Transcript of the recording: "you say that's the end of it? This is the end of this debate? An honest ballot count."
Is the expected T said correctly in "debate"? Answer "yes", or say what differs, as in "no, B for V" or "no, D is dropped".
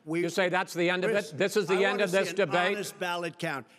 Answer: no, T is dropped